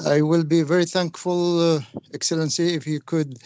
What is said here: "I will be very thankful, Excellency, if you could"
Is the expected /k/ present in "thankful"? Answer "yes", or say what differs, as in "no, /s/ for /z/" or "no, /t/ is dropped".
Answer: yes